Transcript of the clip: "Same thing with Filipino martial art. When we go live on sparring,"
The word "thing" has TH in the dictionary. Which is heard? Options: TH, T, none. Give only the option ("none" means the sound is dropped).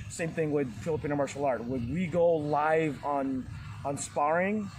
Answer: TH